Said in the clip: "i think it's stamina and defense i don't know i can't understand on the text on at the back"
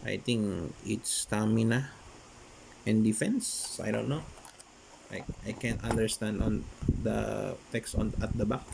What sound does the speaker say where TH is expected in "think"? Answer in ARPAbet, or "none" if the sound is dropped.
T